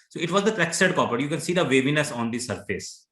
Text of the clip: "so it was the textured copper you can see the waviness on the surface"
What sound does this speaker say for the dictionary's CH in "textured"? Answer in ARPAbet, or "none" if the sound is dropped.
none